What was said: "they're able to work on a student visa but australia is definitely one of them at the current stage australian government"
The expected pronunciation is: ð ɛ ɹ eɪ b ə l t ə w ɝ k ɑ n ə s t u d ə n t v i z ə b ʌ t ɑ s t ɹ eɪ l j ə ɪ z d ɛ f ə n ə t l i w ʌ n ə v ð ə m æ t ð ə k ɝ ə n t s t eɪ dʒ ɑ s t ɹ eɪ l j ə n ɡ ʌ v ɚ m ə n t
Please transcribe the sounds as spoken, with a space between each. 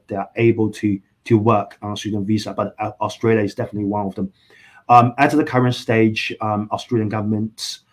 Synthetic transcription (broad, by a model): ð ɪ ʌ eɪ b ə l t ə w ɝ k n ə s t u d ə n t v i z ə b ʌ t ɑ s t ɹ eɪ l j ə ɪ z d ɛ f ə n ə t l i w ʌ n ə v ð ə m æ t ð ə k ɝ ə n t s t eɪ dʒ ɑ s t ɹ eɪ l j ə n ɡ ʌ v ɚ m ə n t